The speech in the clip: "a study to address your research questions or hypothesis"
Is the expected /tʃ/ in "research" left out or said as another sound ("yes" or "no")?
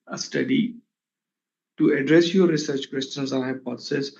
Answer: no